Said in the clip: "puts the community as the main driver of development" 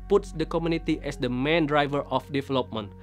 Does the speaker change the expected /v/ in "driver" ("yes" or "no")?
no